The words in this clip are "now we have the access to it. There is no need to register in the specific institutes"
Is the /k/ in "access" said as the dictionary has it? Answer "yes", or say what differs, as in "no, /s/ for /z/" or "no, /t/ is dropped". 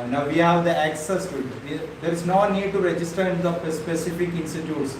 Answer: yes